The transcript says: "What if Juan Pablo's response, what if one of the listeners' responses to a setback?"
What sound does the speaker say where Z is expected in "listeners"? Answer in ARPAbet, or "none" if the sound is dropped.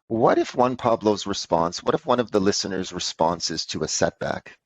Z